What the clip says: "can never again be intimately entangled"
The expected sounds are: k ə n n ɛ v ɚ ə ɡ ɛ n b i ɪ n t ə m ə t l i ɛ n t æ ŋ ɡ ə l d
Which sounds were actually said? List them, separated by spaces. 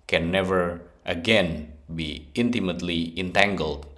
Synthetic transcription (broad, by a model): k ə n n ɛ v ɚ ə ɡ ɛ n b i ɪ n t ə m ə t l i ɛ n t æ ŋ ɡ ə l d